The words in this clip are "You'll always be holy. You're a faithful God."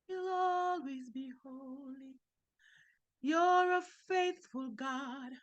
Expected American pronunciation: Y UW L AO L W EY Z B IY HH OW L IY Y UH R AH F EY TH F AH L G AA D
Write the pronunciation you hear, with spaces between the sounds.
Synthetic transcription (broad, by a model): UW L AO L W EY Z B IY HH OW L IY Y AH R AH F EY TH F AH L G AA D